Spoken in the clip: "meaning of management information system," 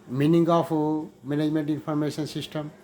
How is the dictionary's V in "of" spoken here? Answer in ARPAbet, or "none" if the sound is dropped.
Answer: P